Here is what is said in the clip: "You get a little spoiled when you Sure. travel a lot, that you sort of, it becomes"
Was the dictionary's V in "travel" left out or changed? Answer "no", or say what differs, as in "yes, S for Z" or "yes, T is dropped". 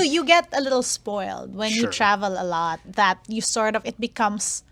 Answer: no